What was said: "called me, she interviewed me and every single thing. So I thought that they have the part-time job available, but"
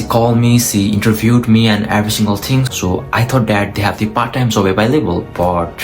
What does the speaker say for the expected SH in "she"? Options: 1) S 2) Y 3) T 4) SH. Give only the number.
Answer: 1